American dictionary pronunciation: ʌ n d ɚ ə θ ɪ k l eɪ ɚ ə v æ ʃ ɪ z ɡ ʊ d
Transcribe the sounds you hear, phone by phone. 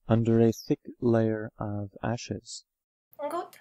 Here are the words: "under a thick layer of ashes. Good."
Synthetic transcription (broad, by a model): ʌ n d ɚ ə θ ɪ k l eɪ ɚ ə v æ ʃ ɪ z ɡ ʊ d